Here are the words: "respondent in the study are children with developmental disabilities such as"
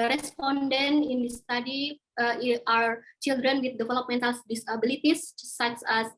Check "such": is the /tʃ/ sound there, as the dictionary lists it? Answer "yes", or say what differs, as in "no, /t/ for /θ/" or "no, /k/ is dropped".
no, /s/ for /tʃ/